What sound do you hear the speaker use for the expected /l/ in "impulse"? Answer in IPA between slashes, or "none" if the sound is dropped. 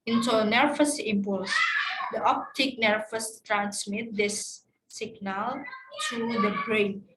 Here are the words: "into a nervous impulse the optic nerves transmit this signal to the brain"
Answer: /l/